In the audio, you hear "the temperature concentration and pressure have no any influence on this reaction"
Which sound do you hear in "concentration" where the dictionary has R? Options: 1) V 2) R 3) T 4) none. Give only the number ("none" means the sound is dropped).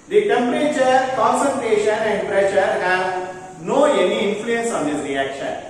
2